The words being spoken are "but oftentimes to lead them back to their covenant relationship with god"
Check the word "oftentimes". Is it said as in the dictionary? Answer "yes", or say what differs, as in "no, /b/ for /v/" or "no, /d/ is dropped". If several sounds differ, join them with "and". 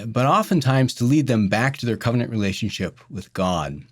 yes